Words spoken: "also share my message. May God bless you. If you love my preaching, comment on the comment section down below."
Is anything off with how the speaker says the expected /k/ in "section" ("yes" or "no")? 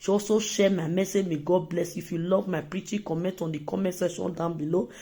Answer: yes